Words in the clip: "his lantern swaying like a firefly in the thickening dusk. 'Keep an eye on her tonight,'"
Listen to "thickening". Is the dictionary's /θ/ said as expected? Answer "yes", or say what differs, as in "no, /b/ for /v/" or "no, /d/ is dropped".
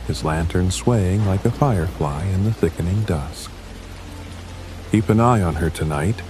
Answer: yes